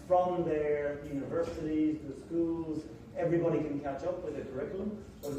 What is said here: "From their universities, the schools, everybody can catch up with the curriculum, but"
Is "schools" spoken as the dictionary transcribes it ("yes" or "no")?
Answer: yes